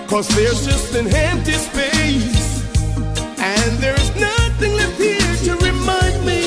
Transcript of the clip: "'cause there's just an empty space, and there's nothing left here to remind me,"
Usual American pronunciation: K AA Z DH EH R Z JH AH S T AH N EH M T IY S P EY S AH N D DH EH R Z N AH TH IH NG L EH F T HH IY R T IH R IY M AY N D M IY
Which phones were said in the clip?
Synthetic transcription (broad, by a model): K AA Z DH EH R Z JH AH S T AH N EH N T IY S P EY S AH N DH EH R Z N AH TH IH NG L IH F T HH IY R T IH R IY M AY N D M IY